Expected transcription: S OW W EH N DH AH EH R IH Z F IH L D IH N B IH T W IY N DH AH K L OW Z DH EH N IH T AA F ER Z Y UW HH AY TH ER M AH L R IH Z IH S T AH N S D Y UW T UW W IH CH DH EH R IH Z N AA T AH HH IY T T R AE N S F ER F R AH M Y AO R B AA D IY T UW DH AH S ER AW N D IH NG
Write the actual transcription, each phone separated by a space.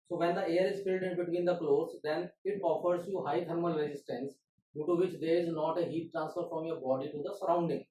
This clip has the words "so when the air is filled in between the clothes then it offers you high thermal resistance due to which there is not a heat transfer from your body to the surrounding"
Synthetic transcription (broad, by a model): S OW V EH N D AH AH R IH Z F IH L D IH N B IH T W IY N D AH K L OW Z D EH N IH T AA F ER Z Y UW HH AY T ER M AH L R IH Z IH S T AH N S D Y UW T UW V IH CH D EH R IH Z N AA T AH HH IY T T R AE N S F ER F R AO M Y AO R B AA D IY T UW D AH S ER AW N D IH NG